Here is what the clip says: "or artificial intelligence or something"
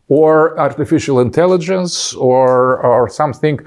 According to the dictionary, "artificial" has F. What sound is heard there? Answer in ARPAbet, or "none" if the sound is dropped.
F